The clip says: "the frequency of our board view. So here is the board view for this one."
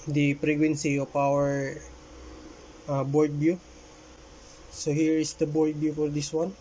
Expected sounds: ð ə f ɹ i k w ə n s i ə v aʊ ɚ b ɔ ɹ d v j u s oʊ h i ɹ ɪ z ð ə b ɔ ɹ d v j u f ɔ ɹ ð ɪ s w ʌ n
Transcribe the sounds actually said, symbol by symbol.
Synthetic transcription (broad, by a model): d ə p ɹ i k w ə n s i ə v aʊ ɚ b ɔ ɹ d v j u s oʊ h i ɹ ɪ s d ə b ɔ ɹ d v j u f ɔ ɹ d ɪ s w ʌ n